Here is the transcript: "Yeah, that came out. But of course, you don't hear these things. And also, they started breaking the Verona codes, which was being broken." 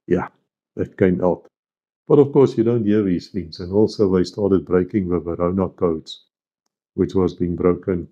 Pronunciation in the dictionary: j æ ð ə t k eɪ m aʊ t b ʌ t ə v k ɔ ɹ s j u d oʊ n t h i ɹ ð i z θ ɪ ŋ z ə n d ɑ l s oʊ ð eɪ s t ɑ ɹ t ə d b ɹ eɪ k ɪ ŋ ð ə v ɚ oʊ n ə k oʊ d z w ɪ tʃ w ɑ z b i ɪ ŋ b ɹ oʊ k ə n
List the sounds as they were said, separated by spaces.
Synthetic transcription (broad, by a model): j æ ð ə t k eɪ m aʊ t b ʌ t ə v k ɔ ɹ s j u d oʊ n t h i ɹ ð i z θ ɪ ŋ z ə n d ɑ l s oʊ ð eɪ s t ɑ ɹ t ə d b ɹ eɪ k ɪ ŋ ð ə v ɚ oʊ n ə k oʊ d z w ɪ tʃ w ɑ z b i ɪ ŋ b ɹ oʊ k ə n